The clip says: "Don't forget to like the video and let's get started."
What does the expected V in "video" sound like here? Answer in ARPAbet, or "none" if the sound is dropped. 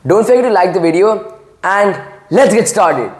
V